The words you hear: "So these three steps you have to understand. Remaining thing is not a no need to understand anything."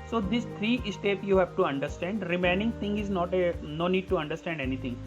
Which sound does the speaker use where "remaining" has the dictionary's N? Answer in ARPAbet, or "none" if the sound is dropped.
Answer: N